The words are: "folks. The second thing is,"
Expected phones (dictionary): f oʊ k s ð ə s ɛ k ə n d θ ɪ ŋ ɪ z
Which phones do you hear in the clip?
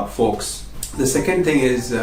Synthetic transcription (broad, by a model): f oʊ k s ð ə s ɛ k ə n d θ ɪ ŋ ɪ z